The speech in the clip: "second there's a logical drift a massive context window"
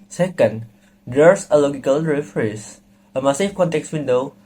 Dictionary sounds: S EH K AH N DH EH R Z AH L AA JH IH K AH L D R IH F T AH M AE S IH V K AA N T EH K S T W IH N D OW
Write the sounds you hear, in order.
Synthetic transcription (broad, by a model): S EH K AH N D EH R S AH L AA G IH K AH L R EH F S AH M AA S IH F K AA N T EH K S W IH N D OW